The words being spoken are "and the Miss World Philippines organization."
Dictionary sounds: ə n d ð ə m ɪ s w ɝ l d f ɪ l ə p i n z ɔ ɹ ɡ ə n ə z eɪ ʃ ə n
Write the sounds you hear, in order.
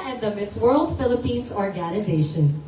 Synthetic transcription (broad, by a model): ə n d ð ə m ɪ s w ɝ l d f ɪ l ə p i n z ɔ ɹ ɡ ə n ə z eɪ ʃ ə n